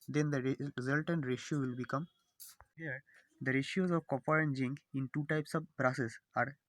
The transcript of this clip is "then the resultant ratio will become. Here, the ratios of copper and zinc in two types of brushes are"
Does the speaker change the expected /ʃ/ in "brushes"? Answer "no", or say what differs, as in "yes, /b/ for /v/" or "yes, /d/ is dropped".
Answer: yes, /s/ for /ʃ/